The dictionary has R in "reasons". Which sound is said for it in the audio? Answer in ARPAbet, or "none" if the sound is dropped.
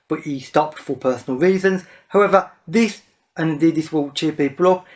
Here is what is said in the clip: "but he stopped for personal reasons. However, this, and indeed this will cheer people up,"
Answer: R